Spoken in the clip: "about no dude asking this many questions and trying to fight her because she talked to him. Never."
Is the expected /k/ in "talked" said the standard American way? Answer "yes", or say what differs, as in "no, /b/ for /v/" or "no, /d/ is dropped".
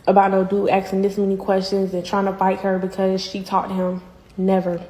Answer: no, /k/ is dropped